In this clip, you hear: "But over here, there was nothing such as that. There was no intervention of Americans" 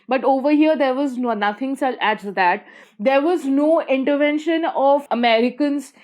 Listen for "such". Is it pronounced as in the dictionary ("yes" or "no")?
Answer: no